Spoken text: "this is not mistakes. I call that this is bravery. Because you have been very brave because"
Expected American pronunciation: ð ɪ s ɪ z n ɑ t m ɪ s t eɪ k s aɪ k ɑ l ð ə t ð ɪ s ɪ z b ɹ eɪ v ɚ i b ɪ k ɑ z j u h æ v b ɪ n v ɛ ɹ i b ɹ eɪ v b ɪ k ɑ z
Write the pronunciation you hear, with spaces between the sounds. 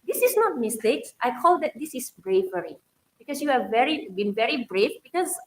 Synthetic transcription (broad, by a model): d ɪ s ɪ s n ɑ t m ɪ s t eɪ k s aɪ k ɑ l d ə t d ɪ s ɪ s b ɹ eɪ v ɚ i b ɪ k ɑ s j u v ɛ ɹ b ɪ n v ɛ ɹ i b ɹ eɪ f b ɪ k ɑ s